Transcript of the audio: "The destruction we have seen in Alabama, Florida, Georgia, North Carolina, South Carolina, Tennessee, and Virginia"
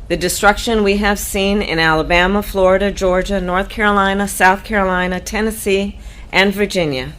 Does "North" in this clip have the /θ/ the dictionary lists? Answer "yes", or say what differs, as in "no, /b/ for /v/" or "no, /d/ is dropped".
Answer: yes